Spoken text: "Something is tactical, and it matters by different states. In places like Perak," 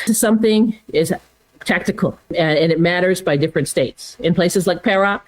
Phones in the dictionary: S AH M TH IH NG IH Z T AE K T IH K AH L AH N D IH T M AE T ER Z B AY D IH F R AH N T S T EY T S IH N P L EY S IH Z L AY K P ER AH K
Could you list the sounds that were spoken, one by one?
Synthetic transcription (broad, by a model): S AH M TH IH NG IH Z T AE K T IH K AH L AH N IH T M AE T ER Z B AY D IH F R AH N T S T EY T S IH N P L EY S IH Z L AY K P ER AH